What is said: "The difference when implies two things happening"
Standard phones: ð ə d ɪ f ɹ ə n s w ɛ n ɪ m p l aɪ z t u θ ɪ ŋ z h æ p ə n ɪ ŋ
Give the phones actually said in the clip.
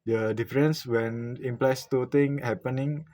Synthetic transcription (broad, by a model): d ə d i f ɹ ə n s w ɛ n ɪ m p l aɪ s t u t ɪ ŋ h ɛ p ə n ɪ ŋ